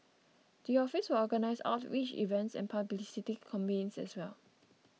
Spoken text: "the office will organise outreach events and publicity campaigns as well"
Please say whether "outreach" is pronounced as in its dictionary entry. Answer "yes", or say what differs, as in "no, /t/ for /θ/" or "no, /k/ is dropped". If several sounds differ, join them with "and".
no, /w/ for /ɹ/